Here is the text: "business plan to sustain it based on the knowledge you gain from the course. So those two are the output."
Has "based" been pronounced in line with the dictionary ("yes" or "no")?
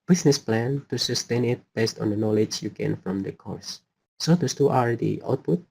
yes